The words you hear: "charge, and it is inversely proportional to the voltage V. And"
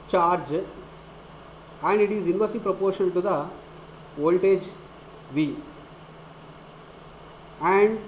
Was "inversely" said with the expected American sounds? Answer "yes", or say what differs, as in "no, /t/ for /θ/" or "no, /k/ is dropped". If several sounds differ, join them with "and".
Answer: no, /l/ is dropped